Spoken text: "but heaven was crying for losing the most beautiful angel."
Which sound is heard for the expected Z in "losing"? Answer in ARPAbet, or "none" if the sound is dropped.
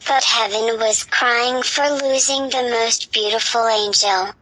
Z